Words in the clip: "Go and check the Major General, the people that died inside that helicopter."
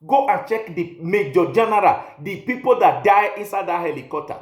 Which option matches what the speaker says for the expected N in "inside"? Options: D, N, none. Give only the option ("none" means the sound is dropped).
N